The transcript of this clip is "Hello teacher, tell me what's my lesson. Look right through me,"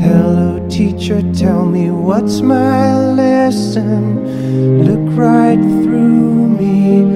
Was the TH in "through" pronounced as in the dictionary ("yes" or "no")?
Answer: yes